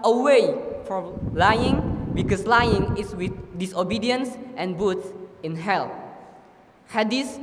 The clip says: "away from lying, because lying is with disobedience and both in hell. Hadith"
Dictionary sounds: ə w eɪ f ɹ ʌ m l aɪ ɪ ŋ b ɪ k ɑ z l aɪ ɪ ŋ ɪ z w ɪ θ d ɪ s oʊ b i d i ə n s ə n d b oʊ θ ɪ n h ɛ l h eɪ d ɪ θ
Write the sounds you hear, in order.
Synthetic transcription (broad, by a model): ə w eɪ f ɹ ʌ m l aɪ ɪ ŋ b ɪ k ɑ s l aɪ ɪ ŋ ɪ s w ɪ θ d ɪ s oʊ b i d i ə n s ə n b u s ɪ n h ɛ l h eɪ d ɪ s